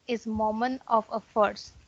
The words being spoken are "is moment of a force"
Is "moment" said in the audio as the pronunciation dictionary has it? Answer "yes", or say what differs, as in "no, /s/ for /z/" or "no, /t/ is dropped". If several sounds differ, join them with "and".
no, /t/ is dropped